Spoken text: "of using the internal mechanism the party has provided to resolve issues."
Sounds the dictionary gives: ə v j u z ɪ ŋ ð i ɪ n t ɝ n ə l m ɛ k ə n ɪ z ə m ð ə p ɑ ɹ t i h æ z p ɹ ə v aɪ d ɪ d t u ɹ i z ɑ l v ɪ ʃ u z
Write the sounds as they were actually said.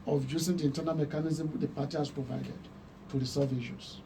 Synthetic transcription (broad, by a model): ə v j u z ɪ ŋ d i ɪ n t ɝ n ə l m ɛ k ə n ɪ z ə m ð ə p ɑ t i h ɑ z p ɹ ə v aɪ d ɪ d t u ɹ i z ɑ v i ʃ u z